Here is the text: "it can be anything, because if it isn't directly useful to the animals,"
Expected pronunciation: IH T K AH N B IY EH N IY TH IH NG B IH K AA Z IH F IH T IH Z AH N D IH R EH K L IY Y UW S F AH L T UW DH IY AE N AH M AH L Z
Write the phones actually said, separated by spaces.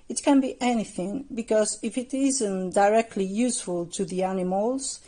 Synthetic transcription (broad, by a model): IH T K AH N B IY EH N IY TH IH NG B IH K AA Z IH F IH T IH Z AH N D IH R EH K L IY Y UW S F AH L T UW DH IY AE N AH M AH L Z